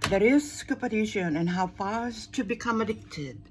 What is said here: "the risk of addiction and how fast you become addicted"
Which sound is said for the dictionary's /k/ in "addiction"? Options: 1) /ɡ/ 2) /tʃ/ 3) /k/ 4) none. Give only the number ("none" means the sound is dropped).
4